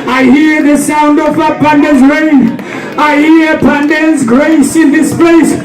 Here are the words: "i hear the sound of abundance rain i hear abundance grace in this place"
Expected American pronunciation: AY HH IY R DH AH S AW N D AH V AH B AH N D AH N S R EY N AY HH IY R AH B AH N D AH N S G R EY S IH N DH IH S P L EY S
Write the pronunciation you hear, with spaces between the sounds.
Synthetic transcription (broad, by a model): AY HH IY R DH AH S AW N D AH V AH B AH N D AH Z R EY N AY HH IY R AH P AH N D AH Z G R EY S IH N DH IH S P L EY S